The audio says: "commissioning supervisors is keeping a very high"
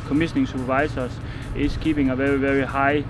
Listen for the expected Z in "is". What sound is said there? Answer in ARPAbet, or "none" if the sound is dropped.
S